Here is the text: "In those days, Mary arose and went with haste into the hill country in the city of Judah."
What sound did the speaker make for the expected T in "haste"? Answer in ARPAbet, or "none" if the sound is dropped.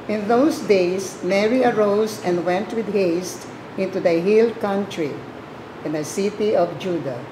T